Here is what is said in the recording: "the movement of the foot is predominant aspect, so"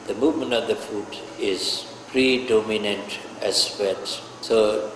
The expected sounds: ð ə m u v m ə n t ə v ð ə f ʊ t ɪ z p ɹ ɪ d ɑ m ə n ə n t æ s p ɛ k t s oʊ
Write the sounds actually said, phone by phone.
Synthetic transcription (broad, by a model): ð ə m u v m ə n t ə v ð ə f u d ɪ z p ɹ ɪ d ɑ m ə n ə n t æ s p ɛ t s oʊ